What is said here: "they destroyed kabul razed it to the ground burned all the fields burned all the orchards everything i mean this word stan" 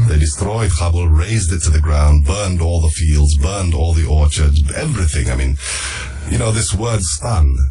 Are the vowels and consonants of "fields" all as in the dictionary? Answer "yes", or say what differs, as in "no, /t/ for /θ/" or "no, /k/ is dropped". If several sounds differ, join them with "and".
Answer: yes